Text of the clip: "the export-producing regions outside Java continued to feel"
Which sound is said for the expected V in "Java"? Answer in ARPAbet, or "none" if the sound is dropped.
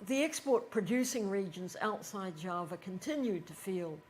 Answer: V